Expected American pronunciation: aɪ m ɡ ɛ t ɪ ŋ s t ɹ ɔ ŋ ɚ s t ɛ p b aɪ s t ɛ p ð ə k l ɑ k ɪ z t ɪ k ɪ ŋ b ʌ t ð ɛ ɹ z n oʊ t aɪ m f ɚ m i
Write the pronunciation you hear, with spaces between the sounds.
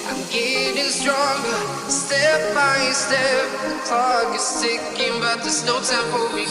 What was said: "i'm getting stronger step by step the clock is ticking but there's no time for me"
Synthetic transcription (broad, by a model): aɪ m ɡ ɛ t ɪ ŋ s t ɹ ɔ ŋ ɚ s t ɛ p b aɪ s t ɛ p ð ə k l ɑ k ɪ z s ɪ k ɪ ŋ b ʌ t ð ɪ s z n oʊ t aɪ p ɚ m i